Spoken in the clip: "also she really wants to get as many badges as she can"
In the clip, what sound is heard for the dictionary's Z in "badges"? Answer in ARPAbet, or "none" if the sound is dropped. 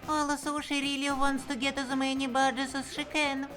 S